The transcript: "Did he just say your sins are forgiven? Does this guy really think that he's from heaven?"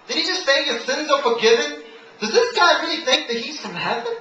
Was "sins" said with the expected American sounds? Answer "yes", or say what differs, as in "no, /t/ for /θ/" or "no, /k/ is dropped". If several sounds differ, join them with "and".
yes